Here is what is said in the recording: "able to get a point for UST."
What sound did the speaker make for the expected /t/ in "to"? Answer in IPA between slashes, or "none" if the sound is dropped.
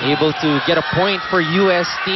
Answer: /t/